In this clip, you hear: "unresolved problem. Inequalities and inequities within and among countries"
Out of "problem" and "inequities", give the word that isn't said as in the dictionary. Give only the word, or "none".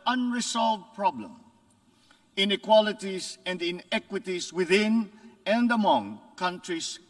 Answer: inequities